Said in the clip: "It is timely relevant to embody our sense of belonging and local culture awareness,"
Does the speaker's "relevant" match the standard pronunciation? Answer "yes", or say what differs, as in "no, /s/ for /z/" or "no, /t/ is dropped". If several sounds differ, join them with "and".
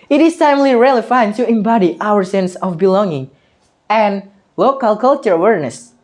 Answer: no, /f/ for /v/